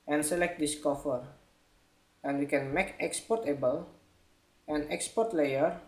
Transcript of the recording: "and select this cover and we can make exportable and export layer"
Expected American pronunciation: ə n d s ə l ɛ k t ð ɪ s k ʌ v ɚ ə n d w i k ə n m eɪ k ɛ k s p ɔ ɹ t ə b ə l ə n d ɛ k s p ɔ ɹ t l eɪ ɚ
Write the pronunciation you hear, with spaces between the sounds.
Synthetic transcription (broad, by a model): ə n s ə l ɛ k t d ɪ s k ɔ f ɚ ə n w i k ə n m eɪ k ɛ k s p ɔ ɹ t ə b ə l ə n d ɛ k s p ɔ ɹ t l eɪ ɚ